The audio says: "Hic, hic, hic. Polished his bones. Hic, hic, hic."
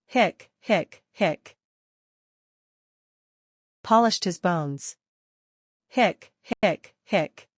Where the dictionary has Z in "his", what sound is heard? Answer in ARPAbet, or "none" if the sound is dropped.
Z